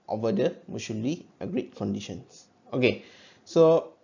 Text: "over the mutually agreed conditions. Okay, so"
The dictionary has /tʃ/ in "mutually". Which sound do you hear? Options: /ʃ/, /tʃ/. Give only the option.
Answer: /ʃ/